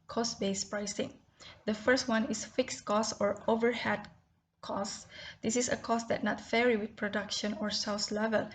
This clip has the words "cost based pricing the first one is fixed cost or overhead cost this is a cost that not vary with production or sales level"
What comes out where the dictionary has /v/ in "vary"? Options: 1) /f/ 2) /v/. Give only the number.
1